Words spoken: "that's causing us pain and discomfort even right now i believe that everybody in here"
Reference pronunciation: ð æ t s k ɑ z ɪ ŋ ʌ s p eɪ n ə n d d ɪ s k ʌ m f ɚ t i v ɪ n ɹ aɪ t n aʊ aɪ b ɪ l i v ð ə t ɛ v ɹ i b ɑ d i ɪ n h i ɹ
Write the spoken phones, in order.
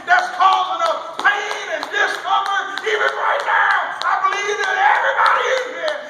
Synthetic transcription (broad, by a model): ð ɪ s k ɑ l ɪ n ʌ p eɪ n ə n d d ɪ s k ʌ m ɚ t i v ɪ n ɹ aɪ t n aʊ aɪ b ɪ l i v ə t ɛ v ɹ i b ɑ d i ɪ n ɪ